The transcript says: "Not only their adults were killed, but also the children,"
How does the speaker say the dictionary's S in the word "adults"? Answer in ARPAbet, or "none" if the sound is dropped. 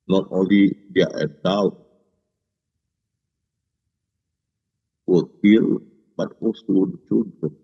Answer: none